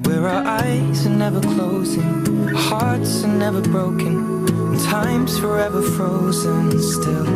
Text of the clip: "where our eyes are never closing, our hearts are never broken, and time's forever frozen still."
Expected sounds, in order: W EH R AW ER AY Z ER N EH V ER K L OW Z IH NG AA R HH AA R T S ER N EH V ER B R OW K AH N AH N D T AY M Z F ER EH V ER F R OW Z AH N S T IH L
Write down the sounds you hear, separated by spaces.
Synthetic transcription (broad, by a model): W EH R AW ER AY Z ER N EH V ER K L OW Z IH NG HH AA R T S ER N EH V ER B R OW AH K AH N T AY M Z F ER EH V ER F R OW Z AH N S T IH L